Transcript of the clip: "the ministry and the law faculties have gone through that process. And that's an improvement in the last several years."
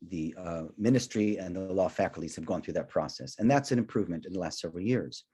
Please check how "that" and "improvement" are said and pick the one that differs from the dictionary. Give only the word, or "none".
none